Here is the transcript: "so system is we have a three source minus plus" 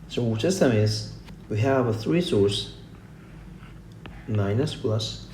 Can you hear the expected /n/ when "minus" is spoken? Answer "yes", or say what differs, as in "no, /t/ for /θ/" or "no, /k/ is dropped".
yes